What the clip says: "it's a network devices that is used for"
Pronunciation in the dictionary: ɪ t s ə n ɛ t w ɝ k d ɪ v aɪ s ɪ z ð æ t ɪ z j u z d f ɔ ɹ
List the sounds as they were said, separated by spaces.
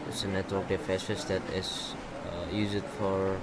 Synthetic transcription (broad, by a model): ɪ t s ə n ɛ t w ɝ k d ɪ f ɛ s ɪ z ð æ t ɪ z j u z d f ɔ ɹ